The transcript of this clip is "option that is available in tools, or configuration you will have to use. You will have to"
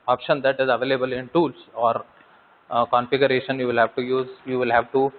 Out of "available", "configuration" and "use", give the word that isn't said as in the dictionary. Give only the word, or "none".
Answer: none